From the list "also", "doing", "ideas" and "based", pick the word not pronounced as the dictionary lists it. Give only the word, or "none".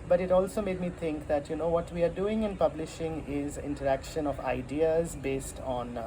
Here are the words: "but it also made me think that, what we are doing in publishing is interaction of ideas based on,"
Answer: none